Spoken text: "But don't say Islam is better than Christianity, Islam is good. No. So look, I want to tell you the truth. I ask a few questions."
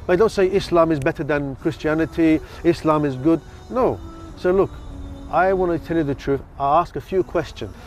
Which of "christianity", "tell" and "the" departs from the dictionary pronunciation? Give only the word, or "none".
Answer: none